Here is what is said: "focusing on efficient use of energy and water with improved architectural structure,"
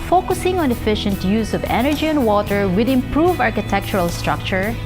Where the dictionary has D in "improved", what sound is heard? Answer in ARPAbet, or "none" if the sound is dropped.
none